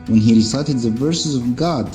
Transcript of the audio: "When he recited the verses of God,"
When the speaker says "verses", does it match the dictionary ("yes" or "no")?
yes